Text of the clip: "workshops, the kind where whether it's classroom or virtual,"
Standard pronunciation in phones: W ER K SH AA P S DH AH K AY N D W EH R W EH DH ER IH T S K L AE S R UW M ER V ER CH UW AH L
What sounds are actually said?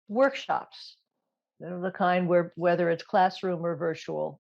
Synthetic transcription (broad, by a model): W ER K SH AA P S DH AH K AY N D W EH R W EH DH ER IH T S K L AE S R UW M ER V ER CH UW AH L